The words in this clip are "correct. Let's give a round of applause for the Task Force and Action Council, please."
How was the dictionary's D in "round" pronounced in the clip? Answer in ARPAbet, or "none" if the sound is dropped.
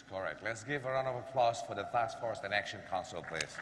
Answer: none